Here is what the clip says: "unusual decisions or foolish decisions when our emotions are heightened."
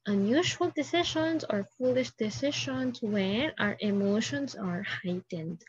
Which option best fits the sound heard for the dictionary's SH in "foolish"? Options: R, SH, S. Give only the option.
SH